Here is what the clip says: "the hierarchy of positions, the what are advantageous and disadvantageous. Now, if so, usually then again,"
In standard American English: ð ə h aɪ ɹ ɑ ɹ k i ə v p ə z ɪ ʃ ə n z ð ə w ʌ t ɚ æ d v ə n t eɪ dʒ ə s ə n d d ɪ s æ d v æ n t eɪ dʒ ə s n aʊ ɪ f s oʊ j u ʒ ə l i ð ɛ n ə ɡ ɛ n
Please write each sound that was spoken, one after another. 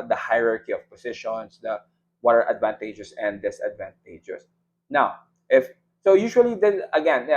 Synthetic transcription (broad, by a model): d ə h aɪ ɹ ɑ ɹ k i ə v p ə s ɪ ʃ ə n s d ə w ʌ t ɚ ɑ d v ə n t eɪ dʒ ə s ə n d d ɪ s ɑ d v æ n t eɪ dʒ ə s n aʊ ɪ f s oʊ j u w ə l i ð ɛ ə ɡ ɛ n